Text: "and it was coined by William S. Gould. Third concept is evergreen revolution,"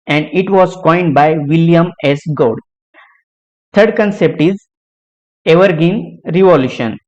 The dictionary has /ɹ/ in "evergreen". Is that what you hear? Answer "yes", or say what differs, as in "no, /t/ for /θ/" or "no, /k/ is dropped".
no, /ɹ/ is dropped